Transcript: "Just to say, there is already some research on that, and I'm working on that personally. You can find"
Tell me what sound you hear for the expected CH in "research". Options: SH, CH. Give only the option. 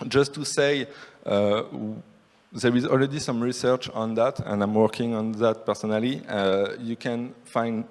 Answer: CH